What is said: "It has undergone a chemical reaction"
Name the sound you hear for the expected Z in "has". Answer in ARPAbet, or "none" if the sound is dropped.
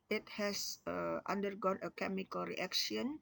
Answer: S